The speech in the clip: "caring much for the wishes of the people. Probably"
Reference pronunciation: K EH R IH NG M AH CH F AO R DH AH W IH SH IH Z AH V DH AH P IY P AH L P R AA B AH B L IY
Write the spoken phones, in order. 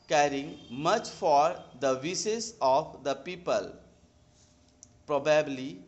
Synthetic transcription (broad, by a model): K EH R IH NG M AH CH F AO R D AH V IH S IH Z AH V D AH P IY P AH L P R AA B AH B L IY